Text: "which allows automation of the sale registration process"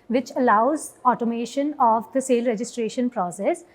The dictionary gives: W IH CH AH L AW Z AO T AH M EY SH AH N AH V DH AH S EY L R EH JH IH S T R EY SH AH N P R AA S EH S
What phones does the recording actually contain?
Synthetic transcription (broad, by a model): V IH CH AH L AW Z AO T AH M EY SH AH N AH V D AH S EY L R EH JH IH S T R EY SH AH N P R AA S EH S